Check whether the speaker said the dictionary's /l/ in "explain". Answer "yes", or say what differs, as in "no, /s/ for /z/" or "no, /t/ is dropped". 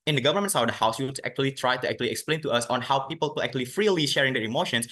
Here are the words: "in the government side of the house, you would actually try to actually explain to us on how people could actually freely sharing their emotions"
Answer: yes